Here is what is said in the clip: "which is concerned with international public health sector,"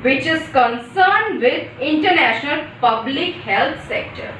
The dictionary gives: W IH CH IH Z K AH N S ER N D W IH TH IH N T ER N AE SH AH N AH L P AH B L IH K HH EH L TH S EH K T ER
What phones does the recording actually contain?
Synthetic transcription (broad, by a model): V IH CH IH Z K AH N S ER N D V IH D IH N T ER N AE SH AH N AH L P AH B L IH K HH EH L T S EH K T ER